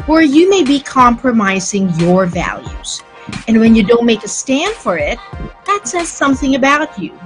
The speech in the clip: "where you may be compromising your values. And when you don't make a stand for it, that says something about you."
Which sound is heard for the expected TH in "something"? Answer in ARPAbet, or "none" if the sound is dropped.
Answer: TH